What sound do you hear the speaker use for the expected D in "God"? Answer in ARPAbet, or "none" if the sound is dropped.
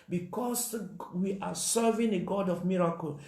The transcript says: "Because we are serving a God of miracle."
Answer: D